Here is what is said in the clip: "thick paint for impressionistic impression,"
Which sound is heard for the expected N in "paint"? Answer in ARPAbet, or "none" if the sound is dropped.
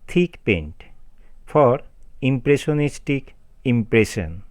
N